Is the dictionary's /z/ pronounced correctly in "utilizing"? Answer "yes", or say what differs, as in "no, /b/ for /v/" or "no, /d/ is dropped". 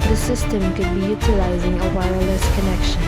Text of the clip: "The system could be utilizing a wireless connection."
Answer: yes